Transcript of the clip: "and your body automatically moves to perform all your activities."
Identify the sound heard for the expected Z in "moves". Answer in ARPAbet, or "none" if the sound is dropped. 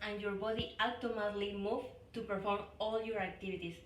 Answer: none